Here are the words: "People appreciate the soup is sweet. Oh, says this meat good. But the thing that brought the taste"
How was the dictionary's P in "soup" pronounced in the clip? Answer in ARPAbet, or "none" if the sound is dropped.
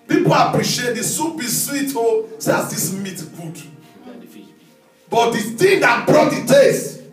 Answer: B